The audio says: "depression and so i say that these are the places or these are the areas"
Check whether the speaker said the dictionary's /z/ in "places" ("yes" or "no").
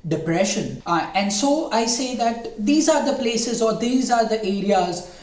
yes